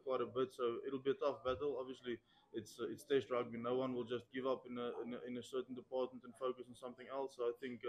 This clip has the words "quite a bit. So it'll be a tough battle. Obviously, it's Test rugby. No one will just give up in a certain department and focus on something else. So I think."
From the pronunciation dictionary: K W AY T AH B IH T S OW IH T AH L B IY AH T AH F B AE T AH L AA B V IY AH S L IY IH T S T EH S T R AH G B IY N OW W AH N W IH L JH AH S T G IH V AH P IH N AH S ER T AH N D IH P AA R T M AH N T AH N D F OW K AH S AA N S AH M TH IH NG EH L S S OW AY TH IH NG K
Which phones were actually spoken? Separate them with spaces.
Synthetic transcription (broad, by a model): K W AY T AH B IH T S OW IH T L B IY AH T AH F B AE T AH L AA B V IY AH S L IY IH T S T EH S T R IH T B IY N OW W AH N W IH L JH AH S T G IH V AH P IH N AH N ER S AH N D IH P AA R T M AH N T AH N F OW K AH S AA N S AH M TH IH NG EH L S S OW AY TH IH NG K